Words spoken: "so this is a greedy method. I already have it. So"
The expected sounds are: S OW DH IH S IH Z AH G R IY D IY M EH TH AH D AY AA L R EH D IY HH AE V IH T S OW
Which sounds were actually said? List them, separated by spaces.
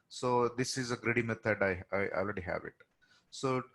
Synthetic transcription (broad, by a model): S OW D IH S IH Z AH G R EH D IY M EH T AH D AY AA L R EH D IY HH AE V IH T S OW